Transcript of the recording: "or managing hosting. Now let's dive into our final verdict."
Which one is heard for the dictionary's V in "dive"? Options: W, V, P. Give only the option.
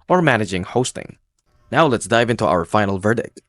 V